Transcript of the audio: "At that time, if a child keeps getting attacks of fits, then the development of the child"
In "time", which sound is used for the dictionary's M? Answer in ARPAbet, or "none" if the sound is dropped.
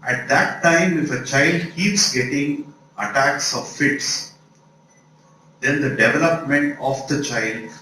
M